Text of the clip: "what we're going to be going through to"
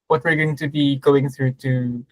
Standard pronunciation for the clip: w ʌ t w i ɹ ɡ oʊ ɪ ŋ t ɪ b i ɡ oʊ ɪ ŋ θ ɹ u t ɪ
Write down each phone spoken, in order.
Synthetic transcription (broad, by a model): w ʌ t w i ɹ ɡ oʊ ɪ ŋ t ɪ b i ɡ oʊ ɪ ŋ θ ɹ u t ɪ